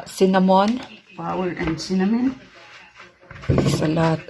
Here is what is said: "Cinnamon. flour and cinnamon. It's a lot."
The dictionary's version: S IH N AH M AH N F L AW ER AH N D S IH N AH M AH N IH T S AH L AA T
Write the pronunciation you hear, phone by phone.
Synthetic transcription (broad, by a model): S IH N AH M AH N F AW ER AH N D S IH N AH M AH N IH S AH L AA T